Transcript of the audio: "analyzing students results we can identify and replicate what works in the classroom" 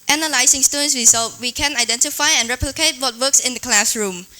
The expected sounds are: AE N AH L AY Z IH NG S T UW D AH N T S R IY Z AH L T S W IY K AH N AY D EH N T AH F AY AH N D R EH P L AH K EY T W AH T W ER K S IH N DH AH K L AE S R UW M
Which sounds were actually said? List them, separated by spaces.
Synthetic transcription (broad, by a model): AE N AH L AY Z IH NG S T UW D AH N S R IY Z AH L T W IY K AH N AY D EH N T AH F AY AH N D R EH P L AH K EY T W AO T W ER K S IH N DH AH K L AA S R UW M